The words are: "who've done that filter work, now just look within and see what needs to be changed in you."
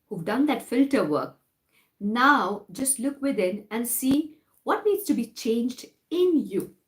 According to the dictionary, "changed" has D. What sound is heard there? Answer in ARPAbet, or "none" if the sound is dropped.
D